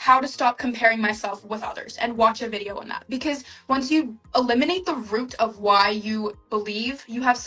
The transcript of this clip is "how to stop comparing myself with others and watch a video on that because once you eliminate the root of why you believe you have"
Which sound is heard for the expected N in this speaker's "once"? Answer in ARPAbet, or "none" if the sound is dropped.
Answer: N